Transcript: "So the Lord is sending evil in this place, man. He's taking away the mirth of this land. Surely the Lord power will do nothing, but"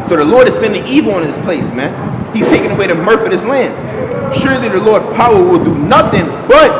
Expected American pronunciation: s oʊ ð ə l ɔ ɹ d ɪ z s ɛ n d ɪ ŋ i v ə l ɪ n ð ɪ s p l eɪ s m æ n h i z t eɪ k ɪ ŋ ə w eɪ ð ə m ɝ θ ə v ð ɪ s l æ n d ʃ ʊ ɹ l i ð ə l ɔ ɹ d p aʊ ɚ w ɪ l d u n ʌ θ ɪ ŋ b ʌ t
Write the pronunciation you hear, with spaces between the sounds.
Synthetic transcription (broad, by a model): s oʊ ð ə l ɔ ɹ d ɪ z s ɛ n d ɪ ŋ i v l ɪ n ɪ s p l eɪ s m æ n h i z t eɪ k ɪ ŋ ə w eɪ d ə m ɝ f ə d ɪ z l æ n d ʃ ʊ ɹ l i ð ə l ɔ ɹ d p aʊ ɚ w ɪ l d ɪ n ʌ θ ɪ ŋ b ʌ t